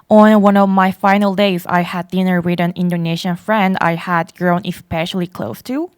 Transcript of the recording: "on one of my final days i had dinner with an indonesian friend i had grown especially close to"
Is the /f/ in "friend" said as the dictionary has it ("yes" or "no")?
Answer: yes